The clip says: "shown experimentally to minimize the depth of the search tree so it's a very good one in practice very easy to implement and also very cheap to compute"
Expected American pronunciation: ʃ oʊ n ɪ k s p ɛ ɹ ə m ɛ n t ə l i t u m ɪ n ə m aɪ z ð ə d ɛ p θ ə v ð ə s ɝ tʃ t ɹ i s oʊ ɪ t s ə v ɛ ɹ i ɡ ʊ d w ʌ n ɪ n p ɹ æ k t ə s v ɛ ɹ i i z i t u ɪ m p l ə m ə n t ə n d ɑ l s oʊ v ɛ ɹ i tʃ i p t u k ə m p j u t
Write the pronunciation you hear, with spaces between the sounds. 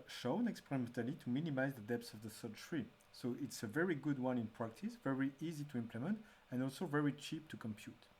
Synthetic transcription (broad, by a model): ʃ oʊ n ɪ k s p ɛ ɹ ə m ɛ n t ə l i t u m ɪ n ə m aɪ z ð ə d ɛ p s ə v ð ə s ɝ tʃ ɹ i s oʊ ɪ t s ə v ɛ ɹ i ɡ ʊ d w ʌ n ɪ n p ɹ æ k t ə s v ɛ ɹ i i z i t u ɪ m p l ə m ə n t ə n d ɑ l s oʊ v ɛ ɹ i tʃ i p t u k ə m p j u t